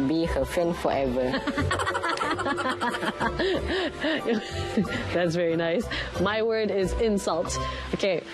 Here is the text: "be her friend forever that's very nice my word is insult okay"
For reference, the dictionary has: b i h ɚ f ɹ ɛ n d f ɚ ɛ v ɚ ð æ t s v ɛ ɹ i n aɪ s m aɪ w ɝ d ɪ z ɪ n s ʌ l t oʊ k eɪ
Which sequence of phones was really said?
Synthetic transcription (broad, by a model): b i h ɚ f ɹ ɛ n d f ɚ ɛ v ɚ ð æ t s v ɛ ɹ i n aɪ s m aɪ w ɝ d ɪ z ɪ n s ʌ l t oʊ k eɪ